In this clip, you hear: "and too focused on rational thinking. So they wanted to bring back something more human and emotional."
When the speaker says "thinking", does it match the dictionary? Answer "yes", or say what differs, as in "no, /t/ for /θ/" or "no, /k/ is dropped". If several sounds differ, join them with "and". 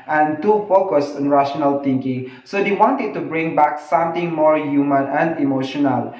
no, /t/ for /θ/